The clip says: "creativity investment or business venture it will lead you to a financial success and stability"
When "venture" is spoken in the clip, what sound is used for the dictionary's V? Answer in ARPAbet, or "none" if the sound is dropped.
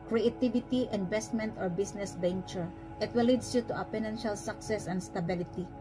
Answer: B